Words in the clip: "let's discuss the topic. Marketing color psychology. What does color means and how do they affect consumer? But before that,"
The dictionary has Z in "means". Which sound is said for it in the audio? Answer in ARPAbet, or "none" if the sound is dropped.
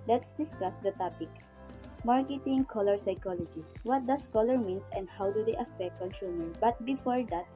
S